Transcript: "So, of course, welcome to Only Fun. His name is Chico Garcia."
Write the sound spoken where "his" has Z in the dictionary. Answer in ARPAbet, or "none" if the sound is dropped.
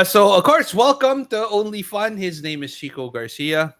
Z